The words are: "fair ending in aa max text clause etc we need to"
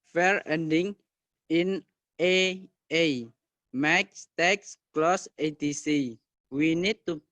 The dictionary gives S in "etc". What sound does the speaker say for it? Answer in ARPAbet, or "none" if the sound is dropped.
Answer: none